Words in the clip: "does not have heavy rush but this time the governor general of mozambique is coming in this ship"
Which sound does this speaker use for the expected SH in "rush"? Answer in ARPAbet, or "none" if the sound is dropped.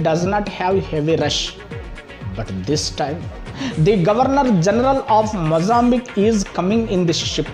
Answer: SH